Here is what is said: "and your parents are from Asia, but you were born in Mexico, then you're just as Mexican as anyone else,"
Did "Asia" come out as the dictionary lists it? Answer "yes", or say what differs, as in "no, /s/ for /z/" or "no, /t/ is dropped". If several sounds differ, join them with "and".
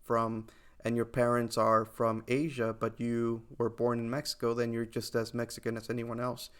yes